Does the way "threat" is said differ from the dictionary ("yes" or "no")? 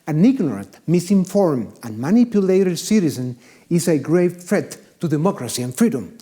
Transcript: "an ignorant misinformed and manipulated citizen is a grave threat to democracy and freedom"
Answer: yes